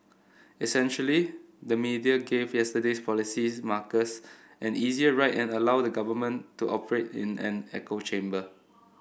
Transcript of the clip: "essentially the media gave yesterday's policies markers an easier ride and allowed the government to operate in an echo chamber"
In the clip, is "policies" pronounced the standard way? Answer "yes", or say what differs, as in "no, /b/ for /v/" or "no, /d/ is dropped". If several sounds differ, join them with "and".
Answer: no, /z/ is dropped